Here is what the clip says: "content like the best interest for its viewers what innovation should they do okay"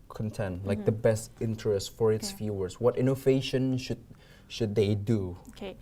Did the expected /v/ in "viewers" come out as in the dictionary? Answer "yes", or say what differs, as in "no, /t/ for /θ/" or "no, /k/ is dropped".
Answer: no, /f/ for /v/